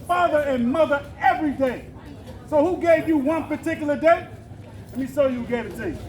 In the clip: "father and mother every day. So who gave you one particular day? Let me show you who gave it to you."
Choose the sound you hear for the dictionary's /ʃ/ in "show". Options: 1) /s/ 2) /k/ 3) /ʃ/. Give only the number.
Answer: 1